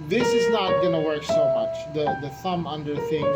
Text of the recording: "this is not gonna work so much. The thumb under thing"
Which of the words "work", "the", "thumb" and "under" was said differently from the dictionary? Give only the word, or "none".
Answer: none